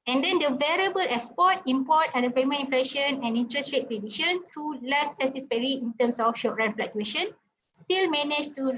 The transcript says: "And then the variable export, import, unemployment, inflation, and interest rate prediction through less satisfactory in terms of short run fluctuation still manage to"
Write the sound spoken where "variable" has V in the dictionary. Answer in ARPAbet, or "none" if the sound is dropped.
V